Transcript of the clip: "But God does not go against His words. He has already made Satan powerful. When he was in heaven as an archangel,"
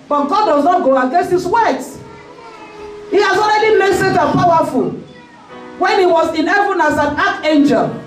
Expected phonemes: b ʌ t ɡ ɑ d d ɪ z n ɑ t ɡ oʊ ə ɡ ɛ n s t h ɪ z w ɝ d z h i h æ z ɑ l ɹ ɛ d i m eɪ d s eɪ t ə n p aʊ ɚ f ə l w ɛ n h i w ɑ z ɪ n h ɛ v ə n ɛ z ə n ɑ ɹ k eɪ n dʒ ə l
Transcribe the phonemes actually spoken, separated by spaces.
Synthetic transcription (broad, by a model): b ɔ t ɡ ɑ d d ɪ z n ɑ t ɡ oʊ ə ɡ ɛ s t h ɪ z w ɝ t h i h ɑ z ɑ l ɹ ɛ d i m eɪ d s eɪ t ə p aʊ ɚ f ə l w ɛ n h i w ɑ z ɪ n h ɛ v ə n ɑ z ə n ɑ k eɪ n dʒ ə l